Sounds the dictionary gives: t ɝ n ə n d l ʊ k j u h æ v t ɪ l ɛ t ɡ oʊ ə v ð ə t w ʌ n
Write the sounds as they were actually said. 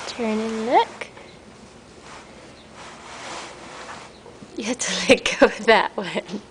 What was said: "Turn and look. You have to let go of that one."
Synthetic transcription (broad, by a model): t ɝ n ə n l ʊ k j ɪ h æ t ɪ l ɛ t ɡ oʊ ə w ð ə t w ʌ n